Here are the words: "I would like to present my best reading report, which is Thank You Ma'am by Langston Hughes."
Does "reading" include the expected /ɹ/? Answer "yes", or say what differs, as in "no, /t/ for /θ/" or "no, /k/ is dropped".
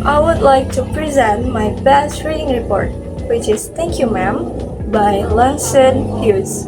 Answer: yes